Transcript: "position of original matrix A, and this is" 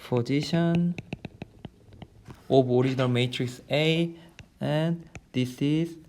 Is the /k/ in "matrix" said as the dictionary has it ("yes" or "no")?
yes